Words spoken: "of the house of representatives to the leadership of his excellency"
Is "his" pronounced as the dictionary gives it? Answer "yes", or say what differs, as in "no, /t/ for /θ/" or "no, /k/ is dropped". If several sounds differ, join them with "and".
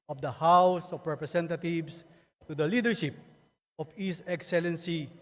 no, /s/ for /z/